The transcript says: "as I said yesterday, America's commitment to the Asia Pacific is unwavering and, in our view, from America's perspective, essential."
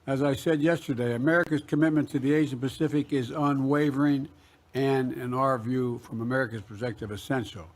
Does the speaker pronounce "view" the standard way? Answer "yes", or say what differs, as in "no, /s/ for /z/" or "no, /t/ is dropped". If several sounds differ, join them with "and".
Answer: yes